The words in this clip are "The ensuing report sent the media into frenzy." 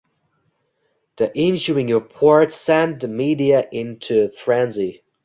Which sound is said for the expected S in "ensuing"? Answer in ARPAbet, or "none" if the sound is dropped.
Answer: SH